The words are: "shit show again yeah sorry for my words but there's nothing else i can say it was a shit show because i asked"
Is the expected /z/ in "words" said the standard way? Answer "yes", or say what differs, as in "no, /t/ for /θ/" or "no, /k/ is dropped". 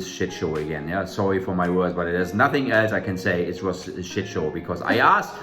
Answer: yes